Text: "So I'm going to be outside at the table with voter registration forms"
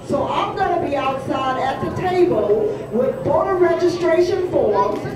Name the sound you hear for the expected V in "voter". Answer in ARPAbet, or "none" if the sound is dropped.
B